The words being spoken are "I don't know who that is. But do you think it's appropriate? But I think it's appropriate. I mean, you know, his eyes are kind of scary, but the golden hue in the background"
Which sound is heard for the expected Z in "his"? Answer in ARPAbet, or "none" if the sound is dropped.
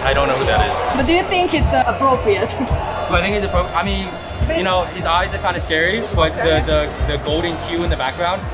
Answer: Z